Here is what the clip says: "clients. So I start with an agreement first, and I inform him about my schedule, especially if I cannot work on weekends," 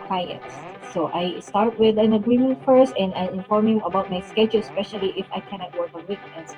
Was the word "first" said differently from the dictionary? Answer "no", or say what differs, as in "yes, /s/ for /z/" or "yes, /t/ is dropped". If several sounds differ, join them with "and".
no